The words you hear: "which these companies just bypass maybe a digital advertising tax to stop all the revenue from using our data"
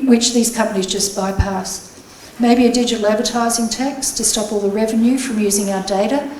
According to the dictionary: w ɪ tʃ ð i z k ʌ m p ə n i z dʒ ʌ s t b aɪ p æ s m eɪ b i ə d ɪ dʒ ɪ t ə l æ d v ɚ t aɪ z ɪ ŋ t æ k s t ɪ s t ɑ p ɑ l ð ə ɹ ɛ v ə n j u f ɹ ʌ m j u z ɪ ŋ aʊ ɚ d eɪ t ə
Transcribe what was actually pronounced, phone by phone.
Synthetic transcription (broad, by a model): w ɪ tʃ ð i z k ʌ m p ə n i z dʒ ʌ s b aɪ p æ s m eɪ b i ə d ɪ dʒ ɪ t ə l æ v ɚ t aɪ z ɪ ŋ t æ k s t ɪ s t ɑ p ɑ l ð ə ɹ ɛ v ə n j u f ɹ ʌ m j u z ɪ ŋ aʊ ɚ d eɪ t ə